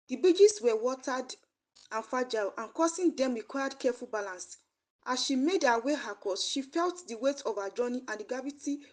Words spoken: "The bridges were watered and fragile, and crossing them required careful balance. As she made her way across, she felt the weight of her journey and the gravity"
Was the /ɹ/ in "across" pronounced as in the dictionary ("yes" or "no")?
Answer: no